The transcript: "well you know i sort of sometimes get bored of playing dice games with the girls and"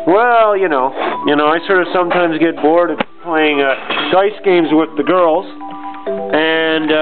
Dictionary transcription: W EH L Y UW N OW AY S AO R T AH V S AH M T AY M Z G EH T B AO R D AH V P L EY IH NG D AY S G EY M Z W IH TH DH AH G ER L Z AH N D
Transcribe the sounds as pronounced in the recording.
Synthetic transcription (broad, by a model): W EH L Y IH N OW AY S AO R T AH V S AH M T AY M Z G EH T B AO R D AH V P L EY IH NG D AY S G EY M Z W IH DH AH G ER L Z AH N